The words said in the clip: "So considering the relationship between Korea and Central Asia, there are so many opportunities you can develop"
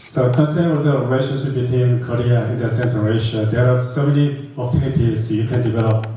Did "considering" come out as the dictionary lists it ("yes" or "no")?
no